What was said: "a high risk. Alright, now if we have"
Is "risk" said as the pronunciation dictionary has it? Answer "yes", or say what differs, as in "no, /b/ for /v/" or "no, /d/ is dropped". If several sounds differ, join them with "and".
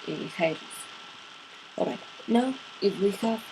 no, /k/ is dropped